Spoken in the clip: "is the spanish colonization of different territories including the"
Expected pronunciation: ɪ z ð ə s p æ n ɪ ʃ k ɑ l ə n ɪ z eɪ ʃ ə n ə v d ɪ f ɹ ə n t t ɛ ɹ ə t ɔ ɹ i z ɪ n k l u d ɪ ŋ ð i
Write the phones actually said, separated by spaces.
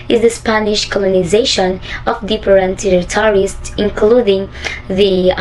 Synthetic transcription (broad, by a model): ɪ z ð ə s p æ n ɪ ʃ k ɑ l ə n ɪ z eɪ ʃ ə n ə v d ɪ p ɹ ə n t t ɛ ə t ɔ ɹ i s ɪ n k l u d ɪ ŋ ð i